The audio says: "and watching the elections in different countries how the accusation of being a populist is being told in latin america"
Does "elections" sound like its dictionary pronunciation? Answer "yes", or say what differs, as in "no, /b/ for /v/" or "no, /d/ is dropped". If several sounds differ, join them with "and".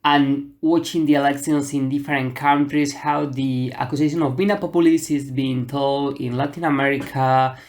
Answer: no, /s/ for /ʃ/